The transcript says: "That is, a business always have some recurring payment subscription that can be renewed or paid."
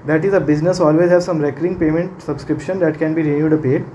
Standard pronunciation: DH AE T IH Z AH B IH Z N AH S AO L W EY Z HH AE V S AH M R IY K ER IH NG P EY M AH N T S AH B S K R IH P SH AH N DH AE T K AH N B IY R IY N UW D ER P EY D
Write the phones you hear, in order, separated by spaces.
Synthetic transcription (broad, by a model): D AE T IH Z AH B IH Z N AH S AO L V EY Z HH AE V S AH M R IY K ER IH NG P EY M AH N T S AH B S K R IH P SH AH N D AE T K AH N B IY R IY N UW D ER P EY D